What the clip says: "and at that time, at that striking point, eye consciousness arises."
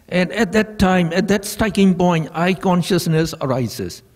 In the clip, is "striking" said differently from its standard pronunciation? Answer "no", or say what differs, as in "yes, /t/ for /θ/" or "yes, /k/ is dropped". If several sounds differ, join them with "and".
yes, /ɹ/ is dropped